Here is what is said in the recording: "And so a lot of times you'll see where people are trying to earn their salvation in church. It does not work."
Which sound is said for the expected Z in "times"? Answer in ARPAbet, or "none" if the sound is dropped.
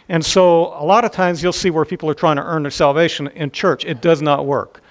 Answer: Z